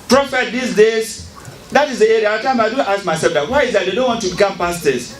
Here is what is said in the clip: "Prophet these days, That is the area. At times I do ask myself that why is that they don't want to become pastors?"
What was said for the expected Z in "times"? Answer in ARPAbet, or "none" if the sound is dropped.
none